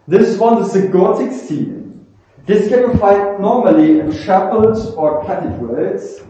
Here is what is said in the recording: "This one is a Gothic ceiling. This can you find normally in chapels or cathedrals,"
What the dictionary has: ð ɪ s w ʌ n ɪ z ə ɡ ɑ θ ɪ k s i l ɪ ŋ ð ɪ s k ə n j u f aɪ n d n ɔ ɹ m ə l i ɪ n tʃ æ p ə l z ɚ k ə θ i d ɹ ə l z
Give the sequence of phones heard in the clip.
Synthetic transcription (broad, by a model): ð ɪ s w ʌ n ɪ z ə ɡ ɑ t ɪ k s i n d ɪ s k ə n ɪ f aɪ d n ɔ ɹ m ə l i ɪ n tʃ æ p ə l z ɚ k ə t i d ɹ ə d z